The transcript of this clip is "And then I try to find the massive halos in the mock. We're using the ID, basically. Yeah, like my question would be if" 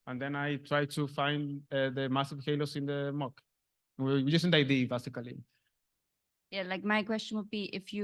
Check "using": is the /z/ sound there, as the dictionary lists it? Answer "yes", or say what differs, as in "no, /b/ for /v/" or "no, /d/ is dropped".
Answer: no, /s/ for /z/